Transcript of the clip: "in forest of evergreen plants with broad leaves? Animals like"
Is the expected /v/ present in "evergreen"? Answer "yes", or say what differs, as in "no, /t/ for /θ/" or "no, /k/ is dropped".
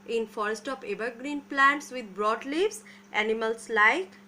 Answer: no, /b/ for /v/